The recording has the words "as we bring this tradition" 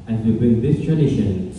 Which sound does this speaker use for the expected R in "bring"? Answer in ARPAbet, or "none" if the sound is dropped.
none